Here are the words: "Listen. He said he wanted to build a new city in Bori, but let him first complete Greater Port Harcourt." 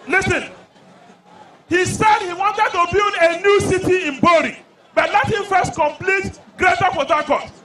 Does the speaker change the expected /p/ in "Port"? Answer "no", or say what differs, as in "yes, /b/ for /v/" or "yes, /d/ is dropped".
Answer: yes, /f/ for /p/